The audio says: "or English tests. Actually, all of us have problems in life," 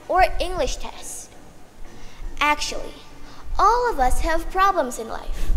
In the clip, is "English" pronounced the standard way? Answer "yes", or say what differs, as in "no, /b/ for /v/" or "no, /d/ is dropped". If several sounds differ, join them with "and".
yes